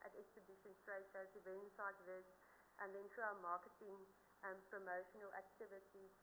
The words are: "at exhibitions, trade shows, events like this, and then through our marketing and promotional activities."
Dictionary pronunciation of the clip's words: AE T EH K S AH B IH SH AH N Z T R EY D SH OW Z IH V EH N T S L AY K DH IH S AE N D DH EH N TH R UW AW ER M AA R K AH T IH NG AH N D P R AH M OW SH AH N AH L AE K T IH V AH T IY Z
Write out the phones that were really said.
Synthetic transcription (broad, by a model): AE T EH K S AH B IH SH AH N S T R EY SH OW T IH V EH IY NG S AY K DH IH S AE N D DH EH N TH R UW AW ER M AA K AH T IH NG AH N P R AH M OW SH AH N AH L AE K T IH V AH T IY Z